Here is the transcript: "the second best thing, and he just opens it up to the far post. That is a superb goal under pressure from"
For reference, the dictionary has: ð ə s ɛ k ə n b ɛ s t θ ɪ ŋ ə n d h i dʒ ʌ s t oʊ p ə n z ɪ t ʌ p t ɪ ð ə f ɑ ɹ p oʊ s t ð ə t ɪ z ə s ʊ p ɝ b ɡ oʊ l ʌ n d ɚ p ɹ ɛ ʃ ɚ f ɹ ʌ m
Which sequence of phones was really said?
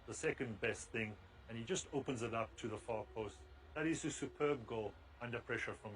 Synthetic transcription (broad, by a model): ð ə s ɛ k ə n b ɛ s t θ ɪ ŋ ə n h i dʒ ʌ s t oʊ p ə n z ɪ t ʌ p t ɪ ð ə f ɑ ɹ p oʊ s t ð ə t ɪ z ə s ʊ p ɝ b ɡ oʊ l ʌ n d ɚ p ɹ ɛ ʃ ɚ f ɹ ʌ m